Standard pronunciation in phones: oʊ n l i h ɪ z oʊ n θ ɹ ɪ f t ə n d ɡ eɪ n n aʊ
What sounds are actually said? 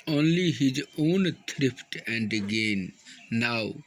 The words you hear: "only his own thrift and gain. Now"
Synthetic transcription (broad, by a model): oʊ n l i h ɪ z oʊ n t ɹ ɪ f t ə n d ɡ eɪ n n aʊ